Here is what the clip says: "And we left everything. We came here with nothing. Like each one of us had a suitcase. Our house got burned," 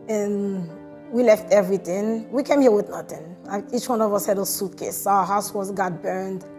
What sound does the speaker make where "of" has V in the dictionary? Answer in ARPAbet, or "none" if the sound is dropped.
V